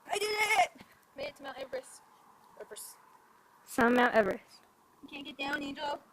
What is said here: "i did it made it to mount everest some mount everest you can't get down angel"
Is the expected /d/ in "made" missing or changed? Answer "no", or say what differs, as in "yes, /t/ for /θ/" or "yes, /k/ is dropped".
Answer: yes, /d/ is dropped